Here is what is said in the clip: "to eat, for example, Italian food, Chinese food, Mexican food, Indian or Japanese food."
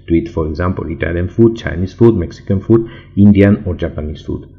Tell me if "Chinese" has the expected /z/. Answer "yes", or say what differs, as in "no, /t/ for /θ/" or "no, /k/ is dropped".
no, /s/ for /z/